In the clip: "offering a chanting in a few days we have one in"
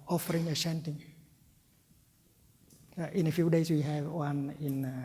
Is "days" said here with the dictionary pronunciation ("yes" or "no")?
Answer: no